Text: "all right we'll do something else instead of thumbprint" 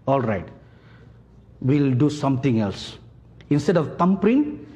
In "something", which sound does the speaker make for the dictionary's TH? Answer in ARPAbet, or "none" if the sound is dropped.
T